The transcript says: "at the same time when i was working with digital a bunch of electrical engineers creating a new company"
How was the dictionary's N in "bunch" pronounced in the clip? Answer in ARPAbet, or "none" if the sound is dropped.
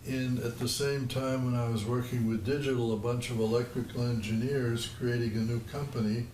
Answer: N